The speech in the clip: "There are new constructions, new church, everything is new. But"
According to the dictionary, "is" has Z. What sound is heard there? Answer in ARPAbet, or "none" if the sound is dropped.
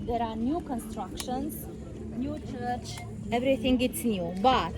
S